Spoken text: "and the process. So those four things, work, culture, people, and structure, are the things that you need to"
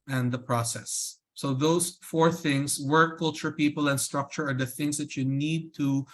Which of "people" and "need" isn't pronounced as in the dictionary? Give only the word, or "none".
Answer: none